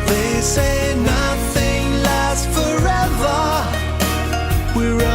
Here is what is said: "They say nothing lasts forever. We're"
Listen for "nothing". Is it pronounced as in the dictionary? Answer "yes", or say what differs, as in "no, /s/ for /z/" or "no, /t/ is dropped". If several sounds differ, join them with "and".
yes